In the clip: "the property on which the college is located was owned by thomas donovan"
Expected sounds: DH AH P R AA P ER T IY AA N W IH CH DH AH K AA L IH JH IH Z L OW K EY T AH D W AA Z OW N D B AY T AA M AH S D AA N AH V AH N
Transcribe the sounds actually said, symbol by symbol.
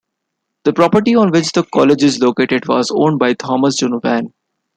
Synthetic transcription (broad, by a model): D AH P R AA P ER T IY AA N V IH CH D AH K AA L IH JH IH Z L OW K EY T AH D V AA Z OW N D B AY T AA M AH S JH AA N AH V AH N